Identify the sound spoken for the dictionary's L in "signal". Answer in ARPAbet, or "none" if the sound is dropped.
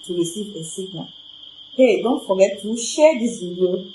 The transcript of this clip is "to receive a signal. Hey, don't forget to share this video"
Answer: N